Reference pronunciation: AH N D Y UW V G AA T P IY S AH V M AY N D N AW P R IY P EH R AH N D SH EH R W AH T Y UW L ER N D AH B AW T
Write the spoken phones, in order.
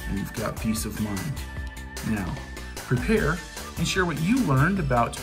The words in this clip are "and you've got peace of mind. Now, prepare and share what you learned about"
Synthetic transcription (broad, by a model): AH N Y UW V G AA T P IY S AH V M AY N D N AW P R IY P EH R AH N SH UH R W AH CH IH L ER N D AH B AW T